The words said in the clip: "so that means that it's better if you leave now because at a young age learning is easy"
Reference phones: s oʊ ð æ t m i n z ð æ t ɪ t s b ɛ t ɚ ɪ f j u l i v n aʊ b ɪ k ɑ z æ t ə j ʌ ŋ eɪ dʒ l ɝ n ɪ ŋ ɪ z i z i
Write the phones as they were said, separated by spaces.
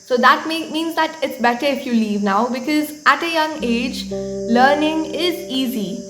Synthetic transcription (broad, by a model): s oʊ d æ t m i n z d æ t ɪ t s b ɛ t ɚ ɪ f j u l i v n aʊ b ɪ k ɑ z æ t ə j ʌ ŋ eɪ dʒ l ɝ n ɪ ŋ ɪ z i z i